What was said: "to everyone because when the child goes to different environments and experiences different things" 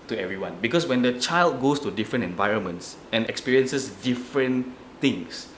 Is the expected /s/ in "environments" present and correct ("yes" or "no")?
yes